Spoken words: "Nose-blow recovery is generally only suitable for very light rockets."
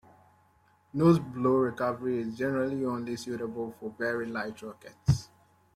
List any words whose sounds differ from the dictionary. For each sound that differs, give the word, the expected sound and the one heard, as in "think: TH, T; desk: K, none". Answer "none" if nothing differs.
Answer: very: V, B